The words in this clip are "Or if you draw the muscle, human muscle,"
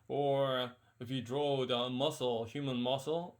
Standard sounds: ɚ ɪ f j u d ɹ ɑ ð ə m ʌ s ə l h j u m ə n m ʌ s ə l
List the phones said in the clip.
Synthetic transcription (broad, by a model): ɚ ɪ f j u d ɹ ɑ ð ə m ʌ s l h j u m ə n m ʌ s l